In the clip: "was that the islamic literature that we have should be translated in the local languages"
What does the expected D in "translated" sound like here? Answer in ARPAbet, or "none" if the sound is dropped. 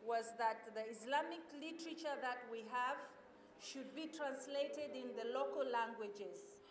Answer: D